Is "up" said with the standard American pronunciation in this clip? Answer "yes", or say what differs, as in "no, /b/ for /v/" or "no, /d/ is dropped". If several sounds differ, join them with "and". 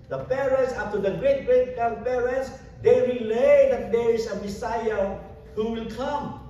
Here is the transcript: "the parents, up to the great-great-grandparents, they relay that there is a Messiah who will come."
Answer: no, /f/ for /p/